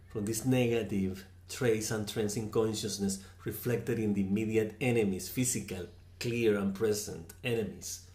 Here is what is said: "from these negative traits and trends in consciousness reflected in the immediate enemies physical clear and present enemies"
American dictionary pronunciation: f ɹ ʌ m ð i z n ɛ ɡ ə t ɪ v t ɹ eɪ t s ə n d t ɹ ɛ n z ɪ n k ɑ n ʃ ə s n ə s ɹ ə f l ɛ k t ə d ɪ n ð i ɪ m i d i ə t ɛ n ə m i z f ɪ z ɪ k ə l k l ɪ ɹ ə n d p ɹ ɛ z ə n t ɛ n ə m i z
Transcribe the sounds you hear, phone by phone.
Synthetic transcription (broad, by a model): f ɹ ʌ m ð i s n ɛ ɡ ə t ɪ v t ɹ eɪ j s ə n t ɹ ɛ n s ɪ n k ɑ n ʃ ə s n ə s ɹ ə f l ɛ k t ə d ɪ n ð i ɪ m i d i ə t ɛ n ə m i s f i s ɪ k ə l k l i ɹ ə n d p ɹ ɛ s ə n t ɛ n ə m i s